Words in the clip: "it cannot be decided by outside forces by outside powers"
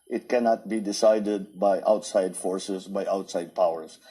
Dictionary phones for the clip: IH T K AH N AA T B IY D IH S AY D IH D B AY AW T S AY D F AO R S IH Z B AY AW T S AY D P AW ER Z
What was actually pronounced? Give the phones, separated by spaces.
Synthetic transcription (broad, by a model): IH T K AH N AA T B IY D IH S AY D IH D B AY AW T S AY D F AO R S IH S B AY AW T S AY D P AW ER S